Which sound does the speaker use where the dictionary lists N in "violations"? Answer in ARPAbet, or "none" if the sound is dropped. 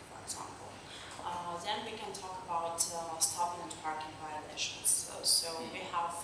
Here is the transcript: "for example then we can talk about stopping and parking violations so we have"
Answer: none